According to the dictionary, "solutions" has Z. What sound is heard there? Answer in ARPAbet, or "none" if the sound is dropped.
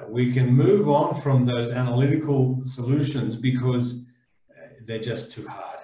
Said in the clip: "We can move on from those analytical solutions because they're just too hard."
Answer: Z